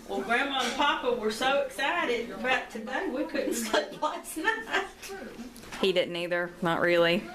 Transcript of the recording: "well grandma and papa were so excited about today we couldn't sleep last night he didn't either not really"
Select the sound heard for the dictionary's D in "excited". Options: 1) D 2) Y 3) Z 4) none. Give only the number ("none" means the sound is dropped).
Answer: 1